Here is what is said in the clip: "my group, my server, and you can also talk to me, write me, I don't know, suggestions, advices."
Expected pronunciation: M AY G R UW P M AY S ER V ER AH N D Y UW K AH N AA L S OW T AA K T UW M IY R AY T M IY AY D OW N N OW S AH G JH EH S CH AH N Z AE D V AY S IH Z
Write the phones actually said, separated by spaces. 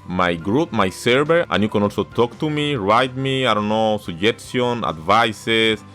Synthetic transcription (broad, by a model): M AY G R UW P M AY S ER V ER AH N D Y UW K AH N AA L S OW T AA K T UW M IY R AY T M IY AY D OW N N OW S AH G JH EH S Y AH N AE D V AY S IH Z